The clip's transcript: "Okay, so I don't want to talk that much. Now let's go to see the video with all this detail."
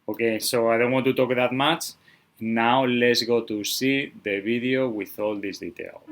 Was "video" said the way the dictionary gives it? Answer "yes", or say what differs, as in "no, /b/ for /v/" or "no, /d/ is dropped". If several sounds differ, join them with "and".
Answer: no, /b/ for /v/